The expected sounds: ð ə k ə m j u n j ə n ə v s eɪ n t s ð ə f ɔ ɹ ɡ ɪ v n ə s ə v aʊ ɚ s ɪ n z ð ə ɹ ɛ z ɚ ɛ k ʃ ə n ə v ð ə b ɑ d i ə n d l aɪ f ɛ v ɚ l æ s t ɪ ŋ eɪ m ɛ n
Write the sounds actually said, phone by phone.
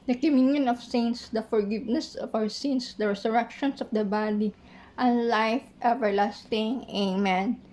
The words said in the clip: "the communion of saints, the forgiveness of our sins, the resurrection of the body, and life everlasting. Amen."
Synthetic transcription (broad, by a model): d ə k ə m j u n j ə n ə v s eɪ n s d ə f ɔ ɹ ɡ ɪ v n ə s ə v aʊ ɚ s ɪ n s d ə ɹ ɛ s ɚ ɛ k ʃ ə n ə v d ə b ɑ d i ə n l aɪ f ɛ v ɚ l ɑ s t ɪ ŋ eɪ m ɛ n